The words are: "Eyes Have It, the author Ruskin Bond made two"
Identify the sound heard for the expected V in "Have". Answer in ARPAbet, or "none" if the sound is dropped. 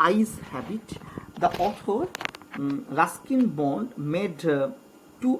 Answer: B